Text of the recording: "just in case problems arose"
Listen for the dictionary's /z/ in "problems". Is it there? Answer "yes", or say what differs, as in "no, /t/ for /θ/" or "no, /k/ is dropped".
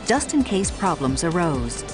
yes